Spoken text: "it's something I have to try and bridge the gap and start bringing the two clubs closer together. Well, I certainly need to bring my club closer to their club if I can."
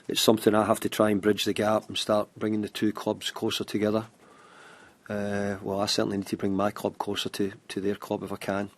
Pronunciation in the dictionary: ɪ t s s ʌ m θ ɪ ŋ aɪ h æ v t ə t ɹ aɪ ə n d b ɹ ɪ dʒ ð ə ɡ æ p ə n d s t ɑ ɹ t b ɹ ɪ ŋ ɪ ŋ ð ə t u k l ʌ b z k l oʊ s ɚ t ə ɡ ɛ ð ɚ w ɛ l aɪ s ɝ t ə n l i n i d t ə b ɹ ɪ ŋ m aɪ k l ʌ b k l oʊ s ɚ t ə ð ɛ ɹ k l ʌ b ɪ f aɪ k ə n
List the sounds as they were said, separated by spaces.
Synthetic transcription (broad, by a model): ɪ t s s ʌ m θ ɪ ŋ aɪ h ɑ f t ə t ɹ aɪ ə n b ɹ ɪ dʒ ð ə ɡ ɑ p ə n s t ɑ ɹ t b ɹ ɪ ŋ ɪ ŋ ð ə t u k l ʌ b z k l oʊ s ɚ t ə ɡ ɛ ð ɚ w ɛ l aɪ s ɝ t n i n i d t ə b ɹ ɪ ŋ m aɪ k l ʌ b k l oʊ s ɚ t ə ð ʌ ɹ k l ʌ b ɪ f aɪ k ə n